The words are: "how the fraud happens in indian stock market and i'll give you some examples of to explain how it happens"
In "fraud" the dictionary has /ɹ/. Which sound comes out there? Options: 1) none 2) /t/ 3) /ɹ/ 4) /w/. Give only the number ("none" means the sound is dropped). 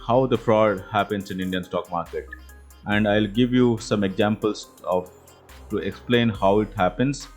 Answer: 3